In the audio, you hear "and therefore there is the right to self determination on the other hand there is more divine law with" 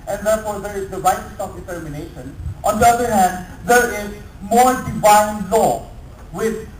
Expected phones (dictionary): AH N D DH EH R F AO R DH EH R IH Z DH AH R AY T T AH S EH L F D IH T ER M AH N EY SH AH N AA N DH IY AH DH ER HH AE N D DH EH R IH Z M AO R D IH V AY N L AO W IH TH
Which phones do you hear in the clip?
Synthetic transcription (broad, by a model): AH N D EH R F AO R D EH R IH Z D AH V AY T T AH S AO F D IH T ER M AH N EY SH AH N AA N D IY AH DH ER HH AE N D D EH R IH Z M AO R D IH V AY N L AO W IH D